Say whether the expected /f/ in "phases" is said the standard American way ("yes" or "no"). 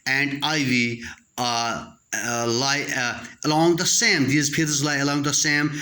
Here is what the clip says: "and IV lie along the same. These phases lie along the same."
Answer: no